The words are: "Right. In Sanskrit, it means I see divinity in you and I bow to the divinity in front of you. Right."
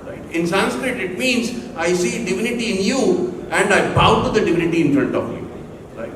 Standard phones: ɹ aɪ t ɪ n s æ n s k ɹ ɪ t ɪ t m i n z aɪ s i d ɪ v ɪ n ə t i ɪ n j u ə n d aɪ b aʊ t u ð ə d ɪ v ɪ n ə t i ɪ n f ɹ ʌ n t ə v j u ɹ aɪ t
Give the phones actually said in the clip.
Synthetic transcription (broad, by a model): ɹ aɪ t ɪ n s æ n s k ɹ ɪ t ɪ t m i n z aɪ s i d ɪ v ɪ n ə t i ɪ n j u ə n d aɪ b aʊ t u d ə d ɪ v ɪ n ə t i ɪ n f ɹ ʌ n t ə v j u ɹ aɪ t